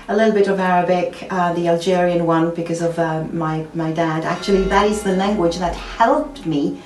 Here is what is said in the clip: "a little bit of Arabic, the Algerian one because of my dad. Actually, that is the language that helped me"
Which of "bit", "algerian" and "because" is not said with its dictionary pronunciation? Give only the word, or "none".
none